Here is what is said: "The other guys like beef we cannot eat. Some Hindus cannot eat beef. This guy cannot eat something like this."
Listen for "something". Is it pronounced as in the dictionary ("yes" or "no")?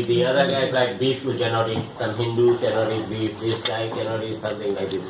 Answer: no